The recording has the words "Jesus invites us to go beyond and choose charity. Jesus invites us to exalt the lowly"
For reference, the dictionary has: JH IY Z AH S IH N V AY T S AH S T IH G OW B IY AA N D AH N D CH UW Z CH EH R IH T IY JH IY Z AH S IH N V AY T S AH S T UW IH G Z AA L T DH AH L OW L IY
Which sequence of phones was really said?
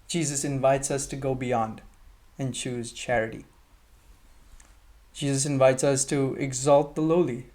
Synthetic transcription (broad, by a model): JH IY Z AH S IH N V AY T S AH S T IH G OW B IY AA N D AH N CH UW Z CH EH R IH T IY JH IY Z AH S IH N V AY T S AH S T UW IH G Z AA L T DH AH L OW L IY